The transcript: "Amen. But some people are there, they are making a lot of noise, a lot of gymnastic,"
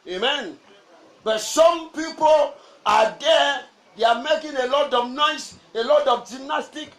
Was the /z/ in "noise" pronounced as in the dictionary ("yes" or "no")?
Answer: no